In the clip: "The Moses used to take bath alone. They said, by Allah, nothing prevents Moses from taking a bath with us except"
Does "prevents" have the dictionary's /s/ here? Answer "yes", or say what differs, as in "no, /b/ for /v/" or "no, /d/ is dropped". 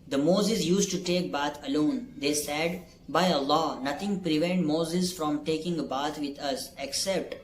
no, /s/ is dropped